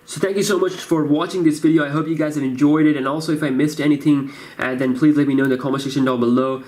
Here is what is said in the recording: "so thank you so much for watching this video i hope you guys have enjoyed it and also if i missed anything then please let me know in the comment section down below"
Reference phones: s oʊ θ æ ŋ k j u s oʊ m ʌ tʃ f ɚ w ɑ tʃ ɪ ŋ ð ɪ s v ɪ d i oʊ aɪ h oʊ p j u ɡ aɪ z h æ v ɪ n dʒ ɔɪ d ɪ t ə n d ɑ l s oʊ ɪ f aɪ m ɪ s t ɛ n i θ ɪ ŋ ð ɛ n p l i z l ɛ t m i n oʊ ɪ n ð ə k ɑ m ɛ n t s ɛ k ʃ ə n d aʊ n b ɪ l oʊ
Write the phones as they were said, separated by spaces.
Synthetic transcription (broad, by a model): s oʊ θ æ ŋ k j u s oʊ m ʌ tʃ f ɚ w ɑ tʃ ɪ ŋ ð ɪ s v ɪ d i oʊ aɪ h oʊ p j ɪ ɡ aɪ z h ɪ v ɪ n dʒ ɔɪ d ɪ t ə n ɑ l s oʊ ɪ f aɪ m ɪ s t ɛ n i θ ɪ ŋ ð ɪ n p l i z l ɛ t m i n oʊ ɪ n ð ə k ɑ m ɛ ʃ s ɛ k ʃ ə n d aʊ l b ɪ l oʊ